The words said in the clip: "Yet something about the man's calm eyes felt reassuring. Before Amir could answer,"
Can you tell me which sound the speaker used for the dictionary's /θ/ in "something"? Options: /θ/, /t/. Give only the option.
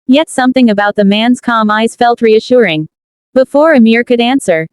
/θ/